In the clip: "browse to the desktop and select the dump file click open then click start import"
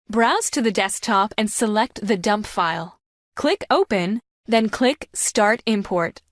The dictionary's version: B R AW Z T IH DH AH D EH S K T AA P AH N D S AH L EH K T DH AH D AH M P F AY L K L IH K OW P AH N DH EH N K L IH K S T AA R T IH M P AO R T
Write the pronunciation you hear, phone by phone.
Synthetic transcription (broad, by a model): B R AW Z T IH DH AH D EH S K T AA P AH N S AH L EH K T DH AH D AH M P F AY L K L IH K OW P AH N DH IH N K L IH K S T AA R T IH M P AO R T